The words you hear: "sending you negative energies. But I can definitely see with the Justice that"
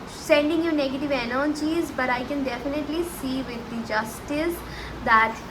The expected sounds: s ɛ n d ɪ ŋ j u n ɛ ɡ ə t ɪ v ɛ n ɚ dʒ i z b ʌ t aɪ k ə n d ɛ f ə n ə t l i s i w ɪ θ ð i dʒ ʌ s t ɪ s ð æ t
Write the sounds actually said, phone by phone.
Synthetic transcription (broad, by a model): s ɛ n d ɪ ŋ j u n ɛ ɡ ə t ɪ v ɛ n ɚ tʃ i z b ʌ t aɪ k ə n d ɛ f ə n ə t l i s i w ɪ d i dʒ ʌ s t ɪ s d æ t